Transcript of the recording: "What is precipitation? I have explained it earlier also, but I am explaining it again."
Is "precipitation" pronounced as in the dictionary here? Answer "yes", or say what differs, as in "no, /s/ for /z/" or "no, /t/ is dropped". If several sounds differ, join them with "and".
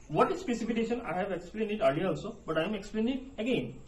no, /ɹ/ is dropped and /f/ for /p/